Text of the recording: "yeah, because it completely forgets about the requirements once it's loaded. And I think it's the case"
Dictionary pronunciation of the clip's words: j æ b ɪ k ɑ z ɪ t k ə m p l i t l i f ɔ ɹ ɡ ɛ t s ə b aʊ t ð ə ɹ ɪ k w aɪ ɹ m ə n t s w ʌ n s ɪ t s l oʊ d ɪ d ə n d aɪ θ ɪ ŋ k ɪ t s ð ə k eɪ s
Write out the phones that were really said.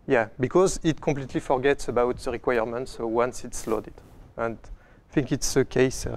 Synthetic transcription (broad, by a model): j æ b ɪ k ɑ z ɪ t k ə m p l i t l i f ɔ ɹ ɡ ɛ t s ə b aʊ t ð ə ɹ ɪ k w aɪ ɹ m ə n t s w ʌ n s ɪ t s l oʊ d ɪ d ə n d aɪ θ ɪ ŋ k ɪ t s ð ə k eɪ s